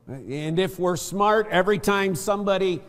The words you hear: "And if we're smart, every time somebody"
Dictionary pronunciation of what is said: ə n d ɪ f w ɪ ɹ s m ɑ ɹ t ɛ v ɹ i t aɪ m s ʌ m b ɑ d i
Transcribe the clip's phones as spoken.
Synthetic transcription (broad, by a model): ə n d ɪ f w ɪ ɹ s m ɑ ɹ t ɛ v ɹ i t aɪ m s ʌ m b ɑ d i